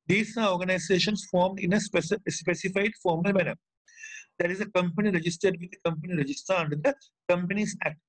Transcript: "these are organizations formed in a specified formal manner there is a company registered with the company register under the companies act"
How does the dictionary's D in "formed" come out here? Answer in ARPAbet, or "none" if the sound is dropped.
D